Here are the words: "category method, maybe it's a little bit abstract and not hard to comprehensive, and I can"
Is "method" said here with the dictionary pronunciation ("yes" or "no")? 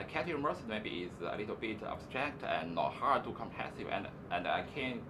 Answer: no